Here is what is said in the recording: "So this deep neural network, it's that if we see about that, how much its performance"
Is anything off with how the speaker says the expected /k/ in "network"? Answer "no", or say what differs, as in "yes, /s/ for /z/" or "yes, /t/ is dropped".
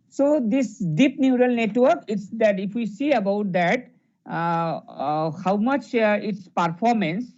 no